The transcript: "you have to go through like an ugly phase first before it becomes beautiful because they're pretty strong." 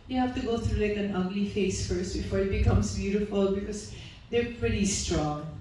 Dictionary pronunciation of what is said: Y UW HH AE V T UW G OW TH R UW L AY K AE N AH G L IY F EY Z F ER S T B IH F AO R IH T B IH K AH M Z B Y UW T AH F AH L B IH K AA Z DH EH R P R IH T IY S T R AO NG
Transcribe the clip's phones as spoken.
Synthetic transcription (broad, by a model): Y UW HH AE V T UW G OW TH R UW L AY K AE N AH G L IY F EY S F ER S T B IH F AO R IH T B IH K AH M S B Y UW T AH F AH L B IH K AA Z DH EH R P R IH T IY S T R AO NG